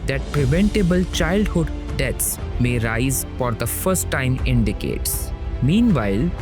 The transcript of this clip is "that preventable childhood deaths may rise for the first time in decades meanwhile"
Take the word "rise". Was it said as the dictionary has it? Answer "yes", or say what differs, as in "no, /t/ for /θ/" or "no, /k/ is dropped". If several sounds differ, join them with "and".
yes